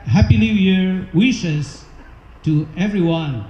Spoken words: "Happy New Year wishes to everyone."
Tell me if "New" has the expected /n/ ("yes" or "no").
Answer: no